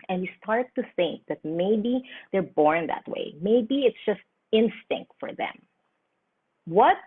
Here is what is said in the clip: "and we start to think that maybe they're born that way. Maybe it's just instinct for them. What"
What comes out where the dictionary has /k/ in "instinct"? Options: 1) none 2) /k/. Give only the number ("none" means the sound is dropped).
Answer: 2